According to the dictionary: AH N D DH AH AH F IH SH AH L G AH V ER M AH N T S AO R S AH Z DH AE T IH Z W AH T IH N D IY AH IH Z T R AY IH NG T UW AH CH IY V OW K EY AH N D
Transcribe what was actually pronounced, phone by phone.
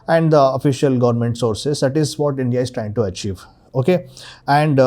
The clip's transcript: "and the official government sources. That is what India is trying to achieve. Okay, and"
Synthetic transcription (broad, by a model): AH N D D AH AH F IH SH AH L G AH V ER M AH N T S AO R S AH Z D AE T IH Z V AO T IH N D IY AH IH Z T R AY IH NG T UW AH CH IY V OW K EY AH N D